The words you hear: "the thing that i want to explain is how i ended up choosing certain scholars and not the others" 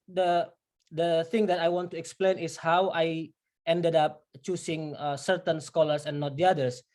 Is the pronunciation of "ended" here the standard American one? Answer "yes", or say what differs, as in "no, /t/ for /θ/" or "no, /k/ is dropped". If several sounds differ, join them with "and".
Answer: yes